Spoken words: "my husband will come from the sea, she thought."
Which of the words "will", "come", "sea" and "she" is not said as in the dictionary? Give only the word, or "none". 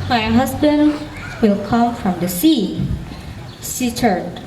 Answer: she